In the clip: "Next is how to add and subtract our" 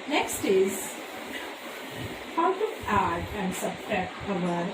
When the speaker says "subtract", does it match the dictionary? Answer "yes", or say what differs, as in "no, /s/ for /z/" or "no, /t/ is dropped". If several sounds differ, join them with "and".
no, /ɹ/ is dropped